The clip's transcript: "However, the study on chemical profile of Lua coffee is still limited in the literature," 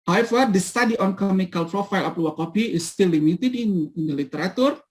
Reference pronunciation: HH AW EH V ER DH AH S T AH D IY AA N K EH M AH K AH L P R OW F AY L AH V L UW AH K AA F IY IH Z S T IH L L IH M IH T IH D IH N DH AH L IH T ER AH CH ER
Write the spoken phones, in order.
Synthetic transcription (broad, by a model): HH AW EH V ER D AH S T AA D IY AA N K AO M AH K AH L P R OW F AY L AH P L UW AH K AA P IY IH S T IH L L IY M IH T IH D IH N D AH L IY T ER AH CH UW